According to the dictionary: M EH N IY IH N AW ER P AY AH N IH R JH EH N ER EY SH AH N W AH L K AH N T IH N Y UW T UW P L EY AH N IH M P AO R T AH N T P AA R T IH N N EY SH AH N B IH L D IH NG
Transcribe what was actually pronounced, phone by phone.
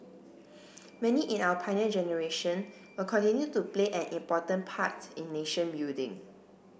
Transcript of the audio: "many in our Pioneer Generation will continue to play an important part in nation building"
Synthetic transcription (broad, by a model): M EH N IY IH N AW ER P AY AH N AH JH EH N ER EY SH AH N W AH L K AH N T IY N Y UW T UW P L EY AH N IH M P AO T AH N P AA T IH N N EY SH AH N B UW D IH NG